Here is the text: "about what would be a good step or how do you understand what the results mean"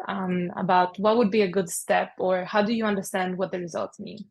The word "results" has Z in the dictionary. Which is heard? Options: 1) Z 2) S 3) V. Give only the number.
1